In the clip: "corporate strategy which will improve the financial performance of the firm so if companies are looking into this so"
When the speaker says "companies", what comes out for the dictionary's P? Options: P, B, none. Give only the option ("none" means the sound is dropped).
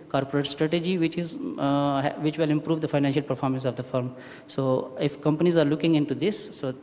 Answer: P